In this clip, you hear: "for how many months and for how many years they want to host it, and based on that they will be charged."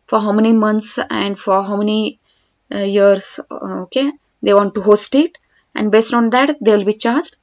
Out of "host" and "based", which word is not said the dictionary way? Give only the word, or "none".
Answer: none